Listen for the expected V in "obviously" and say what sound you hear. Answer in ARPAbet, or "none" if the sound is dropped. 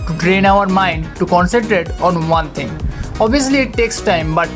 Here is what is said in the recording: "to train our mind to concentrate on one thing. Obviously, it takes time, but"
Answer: none